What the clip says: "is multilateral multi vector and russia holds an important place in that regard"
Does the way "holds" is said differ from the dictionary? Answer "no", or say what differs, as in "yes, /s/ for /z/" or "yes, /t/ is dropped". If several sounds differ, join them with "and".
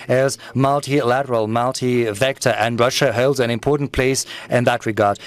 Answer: no